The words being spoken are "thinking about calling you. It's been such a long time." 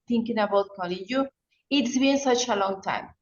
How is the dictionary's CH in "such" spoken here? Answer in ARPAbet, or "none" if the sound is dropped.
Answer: CH